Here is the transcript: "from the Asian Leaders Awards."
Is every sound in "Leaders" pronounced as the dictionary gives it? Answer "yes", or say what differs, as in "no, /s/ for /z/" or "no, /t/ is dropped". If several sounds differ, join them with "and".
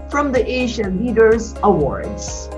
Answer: yes